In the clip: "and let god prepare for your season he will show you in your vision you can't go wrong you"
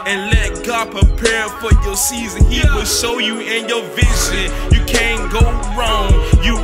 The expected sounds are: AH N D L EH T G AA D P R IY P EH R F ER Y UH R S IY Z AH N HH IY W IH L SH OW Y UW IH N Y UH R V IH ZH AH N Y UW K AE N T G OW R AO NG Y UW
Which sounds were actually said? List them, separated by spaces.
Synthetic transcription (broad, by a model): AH N L EH T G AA P R IY P EH R F ER Y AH R S IY Z AH N HH IY W IH L SH OW Y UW IH N Y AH R V IH Z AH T Y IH K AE N G OW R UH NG Y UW